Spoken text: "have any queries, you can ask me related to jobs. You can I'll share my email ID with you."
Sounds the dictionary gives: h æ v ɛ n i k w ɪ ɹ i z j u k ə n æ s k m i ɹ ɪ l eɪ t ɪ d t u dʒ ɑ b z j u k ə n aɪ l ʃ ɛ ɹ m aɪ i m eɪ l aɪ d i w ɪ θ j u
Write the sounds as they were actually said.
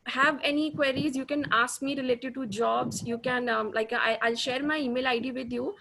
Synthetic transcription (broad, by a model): h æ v ɛ n i k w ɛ ɹ i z j u k ə n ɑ s k m i ɹ ɪ l eɪ t ɪ d t u dʒ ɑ b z j u k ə n aɪ l ʃ ɛ ɹ m aɪ i m eɪ l aɪ d i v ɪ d j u